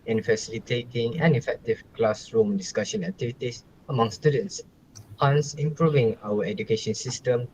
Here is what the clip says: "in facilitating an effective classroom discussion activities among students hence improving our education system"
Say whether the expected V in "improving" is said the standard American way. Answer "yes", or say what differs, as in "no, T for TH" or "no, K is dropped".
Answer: yes